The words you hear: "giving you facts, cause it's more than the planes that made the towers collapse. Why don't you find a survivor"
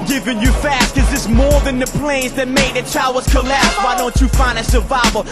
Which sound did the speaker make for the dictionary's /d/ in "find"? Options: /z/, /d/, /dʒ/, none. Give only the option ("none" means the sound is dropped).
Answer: none